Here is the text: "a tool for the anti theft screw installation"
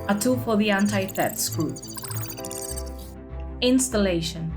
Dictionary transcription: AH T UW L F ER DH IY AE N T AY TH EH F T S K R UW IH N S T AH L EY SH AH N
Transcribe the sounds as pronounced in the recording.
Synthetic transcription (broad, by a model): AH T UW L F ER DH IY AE N T AY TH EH T S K UW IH N S T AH L EY SH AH N